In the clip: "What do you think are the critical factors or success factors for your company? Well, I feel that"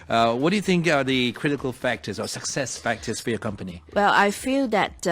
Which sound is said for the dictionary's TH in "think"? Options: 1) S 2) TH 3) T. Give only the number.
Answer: 2